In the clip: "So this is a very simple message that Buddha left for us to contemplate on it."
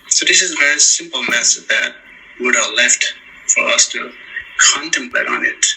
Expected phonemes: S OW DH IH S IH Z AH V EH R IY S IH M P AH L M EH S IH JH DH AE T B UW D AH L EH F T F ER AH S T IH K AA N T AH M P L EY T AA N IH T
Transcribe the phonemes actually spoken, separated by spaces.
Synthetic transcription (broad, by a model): S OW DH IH S IH Z AH V EH R IY S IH M P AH L M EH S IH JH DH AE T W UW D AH L EH F T F ER AH S T IH K AA N T AH M P L EY T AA N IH T